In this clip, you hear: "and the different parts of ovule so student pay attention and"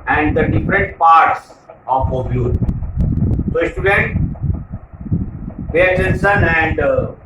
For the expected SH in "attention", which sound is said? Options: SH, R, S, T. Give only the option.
S